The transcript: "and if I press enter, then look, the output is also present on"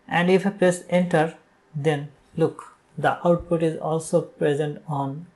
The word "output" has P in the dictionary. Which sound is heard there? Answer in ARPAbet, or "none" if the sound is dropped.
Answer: P